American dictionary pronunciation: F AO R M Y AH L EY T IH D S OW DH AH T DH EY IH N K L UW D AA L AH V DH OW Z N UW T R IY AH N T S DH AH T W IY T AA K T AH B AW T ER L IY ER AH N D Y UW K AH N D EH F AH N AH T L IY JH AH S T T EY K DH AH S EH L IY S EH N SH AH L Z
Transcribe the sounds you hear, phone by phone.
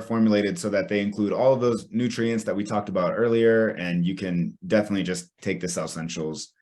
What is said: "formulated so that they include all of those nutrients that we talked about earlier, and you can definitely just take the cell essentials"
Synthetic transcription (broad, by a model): F AO R M Y L EY T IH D S OW DH AH T DH EY IH N K L UW D AA L AH V DH OW Z N UW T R IY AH N T S DH AH T W IY T AA K T AH B AW T ER L IY ER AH N Y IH K AH N D EH F AH N AH T L IY JH AH S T T EY K DH AH S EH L S EH N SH L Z